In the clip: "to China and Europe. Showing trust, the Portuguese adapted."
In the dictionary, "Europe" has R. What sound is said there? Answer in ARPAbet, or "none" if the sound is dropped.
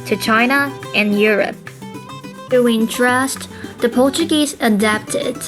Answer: R